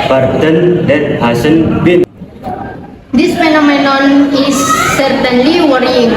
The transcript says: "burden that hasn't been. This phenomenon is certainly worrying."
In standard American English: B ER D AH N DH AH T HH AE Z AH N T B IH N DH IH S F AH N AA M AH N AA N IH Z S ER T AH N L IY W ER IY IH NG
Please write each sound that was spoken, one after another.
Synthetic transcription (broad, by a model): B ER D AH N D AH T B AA S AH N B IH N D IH S F AH N AA M AH N AA N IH S ER T AH N L IY W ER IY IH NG